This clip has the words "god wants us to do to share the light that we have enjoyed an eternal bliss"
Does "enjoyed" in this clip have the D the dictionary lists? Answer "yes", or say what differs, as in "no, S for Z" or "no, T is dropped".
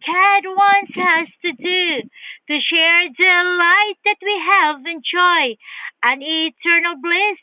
no, D is dropped